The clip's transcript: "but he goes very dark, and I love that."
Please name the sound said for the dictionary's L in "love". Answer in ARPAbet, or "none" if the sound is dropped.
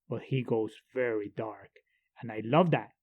L